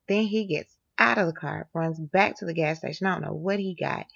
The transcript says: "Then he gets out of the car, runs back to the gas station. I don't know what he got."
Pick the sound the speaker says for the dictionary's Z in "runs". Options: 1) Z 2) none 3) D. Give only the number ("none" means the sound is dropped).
1